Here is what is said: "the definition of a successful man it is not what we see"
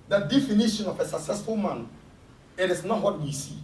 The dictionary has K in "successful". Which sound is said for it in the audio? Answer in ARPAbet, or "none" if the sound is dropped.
K